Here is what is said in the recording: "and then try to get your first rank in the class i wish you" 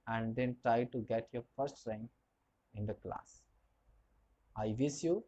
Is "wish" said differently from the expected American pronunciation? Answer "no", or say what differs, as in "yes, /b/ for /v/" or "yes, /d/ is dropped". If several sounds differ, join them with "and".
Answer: yes, /s/ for /ʃ/